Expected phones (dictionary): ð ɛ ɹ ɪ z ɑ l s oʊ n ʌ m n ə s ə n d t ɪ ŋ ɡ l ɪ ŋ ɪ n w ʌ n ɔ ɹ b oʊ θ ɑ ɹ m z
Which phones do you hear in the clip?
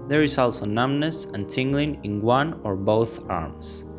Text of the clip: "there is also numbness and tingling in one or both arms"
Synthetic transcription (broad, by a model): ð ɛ ɹ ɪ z ɑ l s oʊ n ʌ m n ə s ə n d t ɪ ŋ ɡ l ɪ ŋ ɪ n w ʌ n ɔ ɹ b oʊ θ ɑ ɹ m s